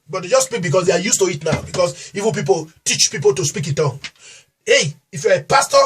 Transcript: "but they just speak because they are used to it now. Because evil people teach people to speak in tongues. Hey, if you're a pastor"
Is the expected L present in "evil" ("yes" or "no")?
no